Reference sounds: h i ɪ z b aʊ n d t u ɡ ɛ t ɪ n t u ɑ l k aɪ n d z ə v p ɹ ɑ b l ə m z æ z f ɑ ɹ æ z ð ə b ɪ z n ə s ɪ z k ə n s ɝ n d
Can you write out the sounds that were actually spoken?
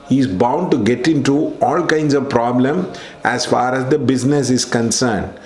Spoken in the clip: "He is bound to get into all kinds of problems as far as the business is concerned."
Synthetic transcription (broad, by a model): h i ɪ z b aʊ n d t u ɡ ɛ t ɪ n t u ɑ l k aɪ n d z ə v p ɹ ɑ b l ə m æ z f ɑ ɹ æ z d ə b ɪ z n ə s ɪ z k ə n s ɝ n d